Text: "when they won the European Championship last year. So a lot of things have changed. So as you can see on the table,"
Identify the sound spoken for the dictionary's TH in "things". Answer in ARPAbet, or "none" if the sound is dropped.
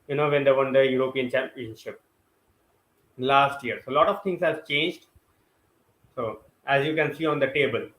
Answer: T